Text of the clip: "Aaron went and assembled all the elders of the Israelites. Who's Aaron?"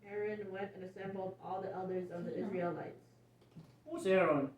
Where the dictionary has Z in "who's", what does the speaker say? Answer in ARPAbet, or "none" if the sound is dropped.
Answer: S